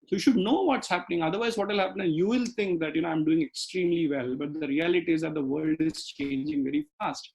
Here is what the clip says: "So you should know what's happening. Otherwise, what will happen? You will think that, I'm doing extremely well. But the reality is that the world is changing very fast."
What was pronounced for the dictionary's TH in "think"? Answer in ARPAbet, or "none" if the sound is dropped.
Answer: T